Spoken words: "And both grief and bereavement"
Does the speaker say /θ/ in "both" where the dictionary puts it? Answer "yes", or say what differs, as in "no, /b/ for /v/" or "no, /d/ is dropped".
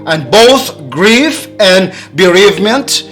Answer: yes